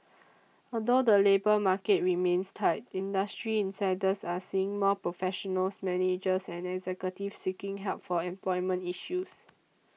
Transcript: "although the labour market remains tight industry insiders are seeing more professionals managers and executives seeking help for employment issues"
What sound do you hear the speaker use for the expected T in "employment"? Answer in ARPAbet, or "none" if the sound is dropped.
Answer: T